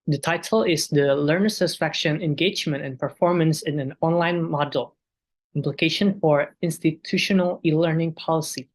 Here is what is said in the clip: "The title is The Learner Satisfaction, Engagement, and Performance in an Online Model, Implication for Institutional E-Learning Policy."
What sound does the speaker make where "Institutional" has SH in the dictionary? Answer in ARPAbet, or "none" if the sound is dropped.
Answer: SH